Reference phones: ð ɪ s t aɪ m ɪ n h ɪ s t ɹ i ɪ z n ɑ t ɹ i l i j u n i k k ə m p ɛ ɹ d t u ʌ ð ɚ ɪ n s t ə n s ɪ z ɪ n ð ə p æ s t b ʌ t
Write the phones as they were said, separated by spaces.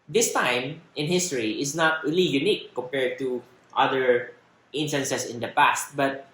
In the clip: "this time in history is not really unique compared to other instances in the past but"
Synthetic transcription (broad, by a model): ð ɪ s t aɪ m ɪ n h ɪ s t ɹ i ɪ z n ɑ t ɹ i l i j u n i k k ə m p ɛ ɹ d t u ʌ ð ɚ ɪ n s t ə n s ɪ s ɪ n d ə p æ s t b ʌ t